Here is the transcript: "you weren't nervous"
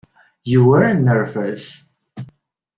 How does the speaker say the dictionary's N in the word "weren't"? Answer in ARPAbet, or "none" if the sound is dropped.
none